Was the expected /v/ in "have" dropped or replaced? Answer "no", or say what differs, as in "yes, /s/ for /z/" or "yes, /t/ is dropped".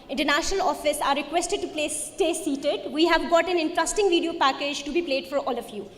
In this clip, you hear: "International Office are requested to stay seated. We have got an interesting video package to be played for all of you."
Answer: no